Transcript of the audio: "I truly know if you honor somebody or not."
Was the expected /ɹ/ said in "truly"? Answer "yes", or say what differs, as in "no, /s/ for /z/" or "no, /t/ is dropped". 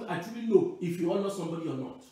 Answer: no, /ɹ/ is dropped